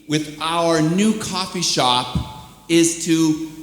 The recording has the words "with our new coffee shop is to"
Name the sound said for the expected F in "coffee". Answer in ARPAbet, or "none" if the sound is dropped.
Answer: F